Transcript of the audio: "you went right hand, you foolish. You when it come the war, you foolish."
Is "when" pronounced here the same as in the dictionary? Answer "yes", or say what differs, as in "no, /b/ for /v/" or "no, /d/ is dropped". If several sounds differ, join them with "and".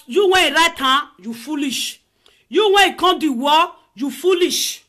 no, /n/ is dropped